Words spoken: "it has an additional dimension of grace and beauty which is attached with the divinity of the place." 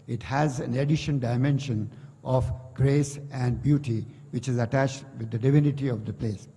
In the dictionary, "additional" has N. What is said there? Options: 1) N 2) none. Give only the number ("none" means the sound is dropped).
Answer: 2